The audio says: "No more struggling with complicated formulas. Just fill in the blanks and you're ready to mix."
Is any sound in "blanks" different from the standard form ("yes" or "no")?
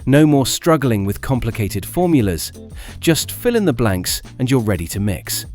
no